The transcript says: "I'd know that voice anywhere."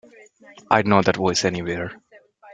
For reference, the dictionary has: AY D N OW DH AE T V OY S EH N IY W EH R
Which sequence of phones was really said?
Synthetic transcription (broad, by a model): AY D N OW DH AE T W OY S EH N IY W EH R